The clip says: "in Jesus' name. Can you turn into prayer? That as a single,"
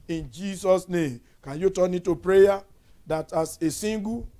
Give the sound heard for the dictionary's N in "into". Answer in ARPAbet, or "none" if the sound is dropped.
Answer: none